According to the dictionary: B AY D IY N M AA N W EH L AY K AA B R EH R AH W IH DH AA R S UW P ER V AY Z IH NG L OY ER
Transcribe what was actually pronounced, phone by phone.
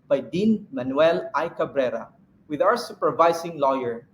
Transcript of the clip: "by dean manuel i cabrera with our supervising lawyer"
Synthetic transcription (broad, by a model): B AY D IY N M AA N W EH L AY K AA B R EH R AH W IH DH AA W S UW P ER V AY S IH NG L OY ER